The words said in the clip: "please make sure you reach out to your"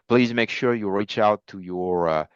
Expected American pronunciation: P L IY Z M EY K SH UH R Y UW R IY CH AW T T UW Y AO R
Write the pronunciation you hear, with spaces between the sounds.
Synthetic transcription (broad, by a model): P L IY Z M EY K SH UH R Y UW R IY CH AW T T UW Y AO R